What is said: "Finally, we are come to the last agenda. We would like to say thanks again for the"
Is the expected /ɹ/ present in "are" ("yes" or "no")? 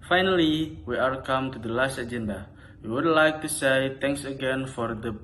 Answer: no